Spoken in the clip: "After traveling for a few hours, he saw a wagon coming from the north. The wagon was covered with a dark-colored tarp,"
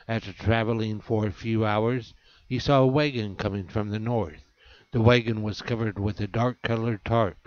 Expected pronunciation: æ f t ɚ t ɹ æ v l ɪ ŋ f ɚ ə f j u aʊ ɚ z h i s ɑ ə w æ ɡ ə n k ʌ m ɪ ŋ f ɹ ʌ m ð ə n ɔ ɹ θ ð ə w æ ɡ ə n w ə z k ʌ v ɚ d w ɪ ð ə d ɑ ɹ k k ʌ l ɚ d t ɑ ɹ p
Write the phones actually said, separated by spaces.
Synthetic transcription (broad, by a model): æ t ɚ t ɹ æ v l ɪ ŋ f ɚ ə f j u aʊ ɚ z h i s ɑ ə w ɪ ɡ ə n k ʌ m ɪ ŋ f ɹ ʌ m ð ə n ɔ ɹ θ ð ə w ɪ ɡ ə n w ə z k ʌ v ɚ d w ɪ ð ə d ɑ ɹ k k ʌ l ɚ d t ɑ ɹ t